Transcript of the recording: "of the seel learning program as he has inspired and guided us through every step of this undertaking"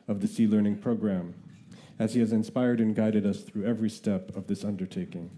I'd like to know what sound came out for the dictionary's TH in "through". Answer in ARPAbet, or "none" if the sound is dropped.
TH